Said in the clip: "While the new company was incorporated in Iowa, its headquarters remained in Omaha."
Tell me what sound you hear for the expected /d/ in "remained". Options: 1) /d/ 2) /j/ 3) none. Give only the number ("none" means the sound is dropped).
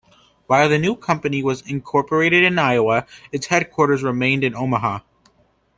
1